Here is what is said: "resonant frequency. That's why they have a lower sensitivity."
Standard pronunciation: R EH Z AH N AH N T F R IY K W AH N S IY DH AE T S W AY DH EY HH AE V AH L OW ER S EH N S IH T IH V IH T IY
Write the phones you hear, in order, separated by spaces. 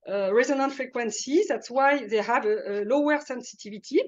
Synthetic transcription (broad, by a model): R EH Z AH N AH N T F R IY K W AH N S IY DH AE T S W AY DH EY HH AE V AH L OW ER S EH N S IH T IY V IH T IY